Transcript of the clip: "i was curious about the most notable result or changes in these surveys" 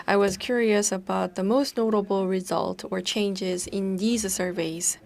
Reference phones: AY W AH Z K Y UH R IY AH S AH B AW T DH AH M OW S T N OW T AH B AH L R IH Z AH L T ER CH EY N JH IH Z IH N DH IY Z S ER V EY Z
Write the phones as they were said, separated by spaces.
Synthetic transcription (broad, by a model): AY W AH Z K Y UH R IY AH S AH B AW T DH AH M OW S T N OW T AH B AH L R IH Z AH L T ER CH EY N JH IH Z IH N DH IY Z S ER V EY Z